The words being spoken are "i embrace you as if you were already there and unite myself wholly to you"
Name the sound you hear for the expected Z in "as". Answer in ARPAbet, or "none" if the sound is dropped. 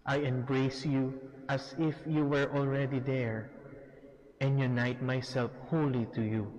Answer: S